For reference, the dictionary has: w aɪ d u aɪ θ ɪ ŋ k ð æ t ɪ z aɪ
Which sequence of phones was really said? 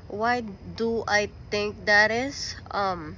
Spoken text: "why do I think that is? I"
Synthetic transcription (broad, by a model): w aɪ d u aɪ t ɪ ŋ k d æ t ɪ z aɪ